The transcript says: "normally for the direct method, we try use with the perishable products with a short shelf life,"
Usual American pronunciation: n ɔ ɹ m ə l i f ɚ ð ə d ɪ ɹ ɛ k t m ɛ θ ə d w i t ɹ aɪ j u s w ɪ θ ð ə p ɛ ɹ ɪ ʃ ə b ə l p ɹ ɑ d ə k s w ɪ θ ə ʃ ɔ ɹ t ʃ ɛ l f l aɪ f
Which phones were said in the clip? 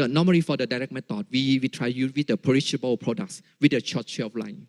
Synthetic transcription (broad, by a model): n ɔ m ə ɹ i f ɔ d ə d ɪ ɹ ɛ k m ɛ t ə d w i t ɹ aɪ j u w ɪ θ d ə p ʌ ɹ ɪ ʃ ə b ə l p ɹ ɑ d ə k s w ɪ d ə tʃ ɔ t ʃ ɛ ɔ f l aɪ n